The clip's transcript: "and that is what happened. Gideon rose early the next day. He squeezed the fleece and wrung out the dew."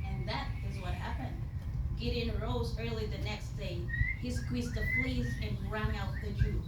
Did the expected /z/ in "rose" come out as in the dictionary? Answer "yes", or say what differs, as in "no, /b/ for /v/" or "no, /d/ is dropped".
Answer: yes